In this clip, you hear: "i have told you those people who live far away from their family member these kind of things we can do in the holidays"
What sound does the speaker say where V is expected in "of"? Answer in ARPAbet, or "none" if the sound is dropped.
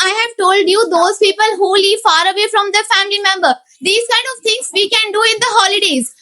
V